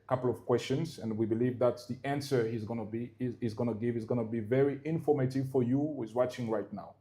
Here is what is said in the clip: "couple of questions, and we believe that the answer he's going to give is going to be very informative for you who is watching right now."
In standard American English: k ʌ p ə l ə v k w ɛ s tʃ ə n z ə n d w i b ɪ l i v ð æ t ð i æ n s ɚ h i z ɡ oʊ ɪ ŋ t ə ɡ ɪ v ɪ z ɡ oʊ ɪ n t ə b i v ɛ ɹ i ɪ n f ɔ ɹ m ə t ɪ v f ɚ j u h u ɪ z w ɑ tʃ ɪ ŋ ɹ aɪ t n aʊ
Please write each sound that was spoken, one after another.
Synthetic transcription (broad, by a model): k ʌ p l ə v k w ɛ s tʃ ə n z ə n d w i b ɪ l i v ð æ t ð i æ n s ɚ h i z ɡ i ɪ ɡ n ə ɡ ɪ v ɪ z ɡ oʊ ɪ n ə b i v ɛ ɹ i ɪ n f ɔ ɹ m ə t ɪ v f ɚ j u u ɪ z w ɑ tʃ ɪ ŋ ɹ aɪ t n aʊ